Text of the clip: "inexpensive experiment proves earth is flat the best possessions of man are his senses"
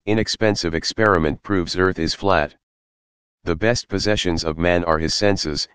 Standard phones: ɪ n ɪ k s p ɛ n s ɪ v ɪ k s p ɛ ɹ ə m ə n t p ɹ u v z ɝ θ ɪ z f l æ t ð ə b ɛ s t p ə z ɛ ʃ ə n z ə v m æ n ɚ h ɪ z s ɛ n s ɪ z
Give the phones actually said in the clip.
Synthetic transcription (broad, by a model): ɪ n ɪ k s p ɛ n s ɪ v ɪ k s p ɛ ɹ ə m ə n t p ɹ u v z ɝ θ ɪ z f l æ t ð ə b ɛ s t p ə z ɛ ʃ ə n z ə v m æ n ɚ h ɪ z s ɛ n s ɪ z